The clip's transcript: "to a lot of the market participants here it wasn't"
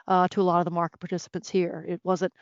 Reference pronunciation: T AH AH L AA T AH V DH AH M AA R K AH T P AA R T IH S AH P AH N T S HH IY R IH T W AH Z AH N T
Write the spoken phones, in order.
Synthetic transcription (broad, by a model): T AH AH L AA T AH V DH AH M AA R K AH T P AA R T IH S AH P AH N T S HH IY R IH T W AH Z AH N T